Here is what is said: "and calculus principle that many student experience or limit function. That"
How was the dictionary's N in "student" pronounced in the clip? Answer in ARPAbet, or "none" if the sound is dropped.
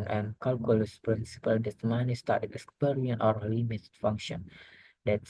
none